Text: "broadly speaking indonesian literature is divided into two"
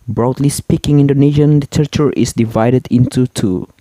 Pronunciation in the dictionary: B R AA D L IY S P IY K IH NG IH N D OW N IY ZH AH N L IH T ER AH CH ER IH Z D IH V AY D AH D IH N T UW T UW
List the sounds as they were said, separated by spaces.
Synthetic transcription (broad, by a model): B R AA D L IY S P IY K IH NG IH N D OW N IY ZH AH N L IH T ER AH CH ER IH S D IH V AY D AH D IH N T UW T UW